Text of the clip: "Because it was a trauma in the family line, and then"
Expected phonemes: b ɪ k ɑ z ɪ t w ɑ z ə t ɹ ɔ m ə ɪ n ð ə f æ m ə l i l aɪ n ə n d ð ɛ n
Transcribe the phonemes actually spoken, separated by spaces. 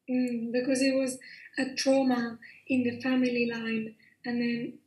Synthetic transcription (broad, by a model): b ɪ k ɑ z ɪ t w ɑ z ə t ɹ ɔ m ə ɪ n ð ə f æ m ə l i l aɪ n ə n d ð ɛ n